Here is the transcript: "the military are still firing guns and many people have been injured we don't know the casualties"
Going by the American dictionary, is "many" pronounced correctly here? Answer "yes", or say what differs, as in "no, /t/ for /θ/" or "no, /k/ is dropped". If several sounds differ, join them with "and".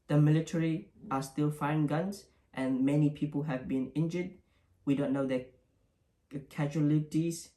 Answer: yes